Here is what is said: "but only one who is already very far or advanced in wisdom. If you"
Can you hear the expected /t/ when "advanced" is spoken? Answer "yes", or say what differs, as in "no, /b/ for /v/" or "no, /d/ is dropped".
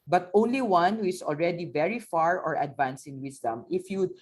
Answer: no, /t/ is dropped